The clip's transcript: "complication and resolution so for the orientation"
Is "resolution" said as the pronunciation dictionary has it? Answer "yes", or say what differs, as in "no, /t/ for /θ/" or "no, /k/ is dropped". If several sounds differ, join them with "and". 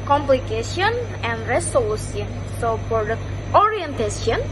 no, /s/ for /z/ and /s/ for /ʃ/